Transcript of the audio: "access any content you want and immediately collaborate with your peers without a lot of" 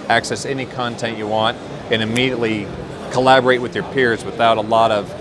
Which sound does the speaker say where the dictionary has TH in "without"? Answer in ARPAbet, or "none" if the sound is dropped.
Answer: TH